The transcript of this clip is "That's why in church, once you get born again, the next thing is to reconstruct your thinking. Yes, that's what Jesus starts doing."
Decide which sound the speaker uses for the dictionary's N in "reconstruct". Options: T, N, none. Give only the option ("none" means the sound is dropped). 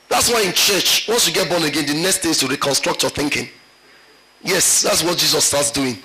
N